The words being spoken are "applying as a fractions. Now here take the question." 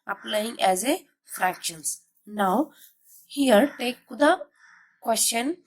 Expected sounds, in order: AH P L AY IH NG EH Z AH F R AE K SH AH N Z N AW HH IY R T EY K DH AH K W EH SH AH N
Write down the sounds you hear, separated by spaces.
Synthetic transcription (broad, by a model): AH P L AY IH NG EH Z AH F R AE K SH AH N S N AW HH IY R T EY K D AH K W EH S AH N